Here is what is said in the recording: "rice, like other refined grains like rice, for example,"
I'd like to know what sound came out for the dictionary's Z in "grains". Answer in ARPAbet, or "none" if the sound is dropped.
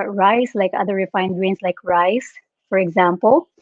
S